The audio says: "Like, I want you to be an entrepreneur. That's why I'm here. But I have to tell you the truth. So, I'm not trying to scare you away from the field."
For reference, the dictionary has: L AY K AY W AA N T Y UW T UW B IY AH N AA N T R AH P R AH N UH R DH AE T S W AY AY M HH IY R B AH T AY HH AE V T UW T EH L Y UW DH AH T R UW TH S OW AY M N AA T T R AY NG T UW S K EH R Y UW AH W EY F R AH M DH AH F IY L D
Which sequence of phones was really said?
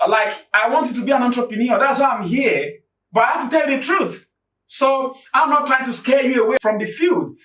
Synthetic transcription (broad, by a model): L AY K AY W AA N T Y UW T UW B IY AH N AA N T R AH P AH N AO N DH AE T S W AY AY M HH IY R B AH T AY HH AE F T UW T EH L Y UW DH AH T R UW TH S OW AY M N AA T T R AY NG T UW S K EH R Y UW AH W EY F R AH M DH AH F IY L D